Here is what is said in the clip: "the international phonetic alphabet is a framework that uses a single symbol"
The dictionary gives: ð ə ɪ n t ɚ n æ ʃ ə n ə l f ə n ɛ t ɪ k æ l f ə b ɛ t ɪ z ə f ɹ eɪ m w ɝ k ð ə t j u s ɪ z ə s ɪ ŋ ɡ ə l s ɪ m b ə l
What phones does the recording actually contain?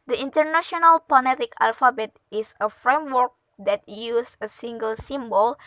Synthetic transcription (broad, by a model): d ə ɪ n t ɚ n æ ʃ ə n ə l p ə n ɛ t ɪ k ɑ l f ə b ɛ t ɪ s ə f ɹ eɪ m w ɝ k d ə t j u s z ə s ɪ ŋ ɡ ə l s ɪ m b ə l